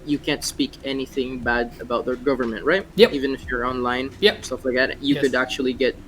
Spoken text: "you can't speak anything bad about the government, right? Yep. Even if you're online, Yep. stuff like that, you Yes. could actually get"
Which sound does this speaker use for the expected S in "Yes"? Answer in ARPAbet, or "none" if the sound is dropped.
none